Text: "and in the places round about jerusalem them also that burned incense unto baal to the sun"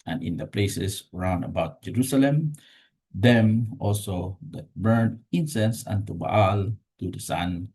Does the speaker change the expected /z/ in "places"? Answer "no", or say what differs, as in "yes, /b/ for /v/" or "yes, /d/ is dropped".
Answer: yes, /s/ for /z/